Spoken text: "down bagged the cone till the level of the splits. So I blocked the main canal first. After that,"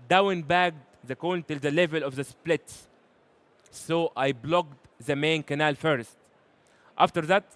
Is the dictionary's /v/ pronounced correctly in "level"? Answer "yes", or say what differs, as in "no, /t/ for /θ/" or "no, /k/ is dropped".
yes